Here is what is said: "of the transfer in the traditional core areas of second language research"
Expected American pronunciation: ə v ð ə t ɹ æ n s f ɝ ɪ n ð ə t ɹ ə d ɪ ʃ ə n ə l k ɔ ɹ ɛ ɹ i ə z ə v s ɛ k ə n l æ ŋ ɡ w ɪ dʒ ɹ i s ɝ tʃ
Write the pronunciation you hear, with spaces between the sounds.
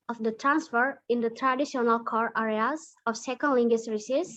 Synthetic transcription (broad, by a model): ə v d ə t ɹ æ n s f ɝ ɪ n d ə t ɹ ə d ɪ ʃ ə n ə l k ɔ ɹ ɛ ɹ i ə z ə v s ɛ k ə n l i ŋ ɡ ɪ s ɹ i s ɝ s